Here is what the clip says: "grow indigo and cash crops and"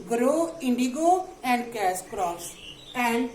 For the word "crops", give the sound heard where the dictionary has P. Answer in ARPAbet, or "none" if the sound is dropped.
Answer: none